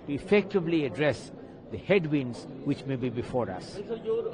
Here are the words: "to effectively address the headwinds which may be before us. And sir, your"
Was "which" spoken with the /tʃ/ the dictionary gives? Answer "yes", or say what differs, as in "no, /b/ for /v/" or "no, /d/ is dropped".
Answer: yes